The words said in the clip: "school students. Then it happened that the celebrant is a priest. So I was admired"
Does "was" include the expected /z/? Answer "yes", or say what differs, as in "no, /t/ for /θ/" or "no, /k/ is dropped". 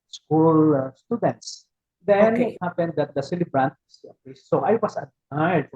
no, /s/ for /z/